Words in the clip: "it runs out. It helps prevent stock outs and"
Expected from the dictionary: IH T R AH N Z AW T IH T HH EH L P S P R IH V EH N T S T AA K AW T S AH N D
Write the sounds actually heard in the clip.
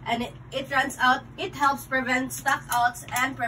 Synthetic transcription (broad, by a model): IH T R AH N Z AW T IH T HH EH L P S P R IH V EH N T S T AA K AW T S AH N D